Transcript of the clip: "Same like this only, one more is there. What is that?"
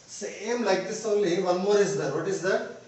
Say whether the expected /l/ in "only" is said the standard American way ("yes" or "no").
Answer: yes